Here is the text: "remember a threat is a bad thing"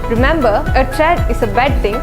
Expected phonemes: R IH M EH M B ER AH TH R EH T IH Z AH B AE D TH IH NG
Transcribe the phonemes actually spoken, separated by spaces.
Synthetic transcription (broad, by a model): R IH M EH M B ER AH T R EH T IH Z AH B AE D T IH NG